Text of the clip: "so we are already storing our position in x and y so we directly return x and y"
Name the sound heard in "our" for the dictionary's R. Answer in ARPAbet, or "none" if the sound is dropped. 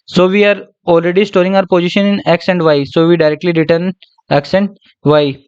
R